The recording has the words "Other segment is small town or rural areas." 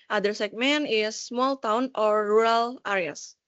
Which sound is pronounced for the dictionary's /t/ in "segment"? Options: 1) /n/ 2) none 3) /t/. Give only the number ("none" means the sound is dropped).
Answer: 2